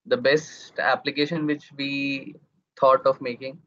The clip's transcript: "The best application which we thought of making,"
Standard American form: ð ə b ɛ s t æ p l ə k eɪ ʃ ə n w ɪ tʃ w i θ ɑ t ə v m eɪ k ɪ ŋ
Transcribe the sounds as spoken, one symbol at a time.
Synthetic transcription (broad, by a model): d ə b ɛ s t æ p l ə k eɪ ʃ ə n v ɪ tʃ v i t ɑ t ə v m eɪ k ɪ ŋ